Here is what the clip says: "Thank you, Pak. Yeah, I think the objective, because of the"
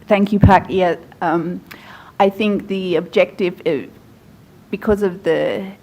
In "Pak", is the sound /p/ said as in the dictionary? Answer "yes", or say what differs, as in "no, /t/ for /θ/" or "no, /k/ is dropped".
yes